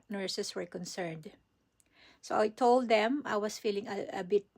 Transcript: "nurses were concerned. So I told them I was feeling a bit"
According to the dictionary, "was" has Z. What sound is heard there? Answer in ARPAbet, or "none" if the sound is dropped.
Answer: S